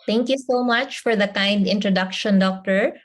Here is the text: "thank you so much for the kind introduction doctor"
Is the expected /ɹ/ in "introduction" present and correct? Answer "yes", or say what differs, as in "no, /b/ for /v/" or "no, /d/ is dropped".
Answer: yes